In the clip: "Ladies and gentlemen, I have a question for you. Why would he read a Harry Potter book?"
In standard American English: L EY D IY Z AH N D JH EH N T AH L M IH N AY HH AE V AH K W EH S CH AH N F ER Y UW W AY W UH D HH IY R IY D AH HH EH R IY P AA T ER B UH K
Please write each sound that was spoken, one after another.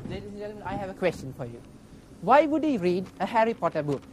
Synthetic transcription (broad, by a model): L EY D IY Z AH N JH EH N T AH M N AY HH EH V AH K W EH S CH AH N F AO Y UW W AY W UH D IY R IY D AH HH EH R IY P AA T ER B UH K